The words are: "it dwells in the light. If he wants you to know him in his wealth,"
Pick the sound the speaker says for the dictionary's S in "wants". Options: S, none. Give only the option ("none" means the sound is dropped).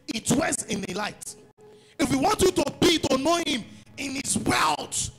none